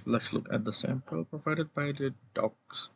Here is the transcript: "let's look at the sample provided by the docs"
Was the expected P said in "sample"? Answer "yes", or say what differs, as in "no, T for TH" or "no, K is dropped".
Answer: yes